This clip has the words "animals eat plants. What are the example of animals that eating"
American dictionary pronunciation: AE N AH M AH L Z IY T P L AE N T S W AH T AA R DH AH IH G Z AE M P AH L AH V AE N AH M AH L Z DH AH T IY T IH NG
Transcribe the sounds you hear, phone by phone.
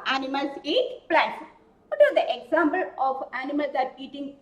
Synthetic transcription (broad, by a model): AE N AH M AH L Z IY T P L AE T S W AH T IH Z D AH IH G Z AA M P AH L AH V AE N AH M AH L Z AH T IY T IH NG